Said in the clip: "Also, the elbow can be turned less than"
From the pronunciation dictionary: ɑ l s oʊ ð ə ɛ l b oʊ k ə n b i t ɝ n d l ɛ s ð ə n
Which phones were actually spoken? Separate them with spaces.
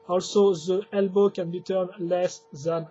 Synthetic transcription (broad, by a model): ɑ l s oʊ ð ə ɛ l b oʊ k ə n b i t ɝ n l ɛ s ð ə n